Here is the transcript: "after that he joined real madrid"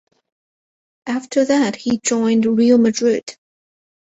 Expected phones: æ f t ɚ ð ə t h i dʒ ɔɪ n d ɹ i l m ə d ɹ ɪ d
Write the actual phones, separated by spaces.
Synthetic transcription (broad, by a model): æ f t ɚ ð ə t h i dʒ ɔɪ n d ɹ i l m ə d ɹ ɪ d